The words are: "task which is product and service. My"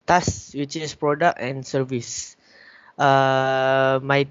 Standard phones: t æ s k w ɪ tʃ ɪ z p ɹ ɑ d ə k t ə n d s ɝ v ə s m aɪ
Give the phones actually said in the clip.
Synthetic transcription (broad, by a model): t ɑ s w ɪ tʃ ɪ s p ɹ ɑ d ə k ə n s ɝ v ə s m aɪ